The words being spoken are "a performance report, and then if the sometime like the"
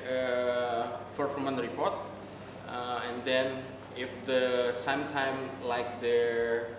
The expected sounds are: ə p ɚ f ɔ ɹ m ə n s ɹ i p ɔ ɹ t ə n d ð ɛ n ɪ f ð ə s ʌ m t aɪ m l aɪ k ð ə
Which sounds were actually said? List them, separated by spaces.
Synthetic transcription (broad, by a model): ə f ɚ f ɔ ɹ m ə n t ɹ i p ɔ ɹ t ə n d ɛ n ɪ f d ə s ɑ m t aɪ m l aɪ k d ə